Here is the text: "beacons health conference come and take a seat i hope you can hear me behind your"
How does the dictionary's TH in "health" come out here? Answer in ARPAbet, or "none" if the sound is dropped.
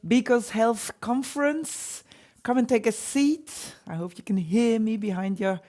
TH